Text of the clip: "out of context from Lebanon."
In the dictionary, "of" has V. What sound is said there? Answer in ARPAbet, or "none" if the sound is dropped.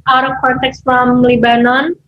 P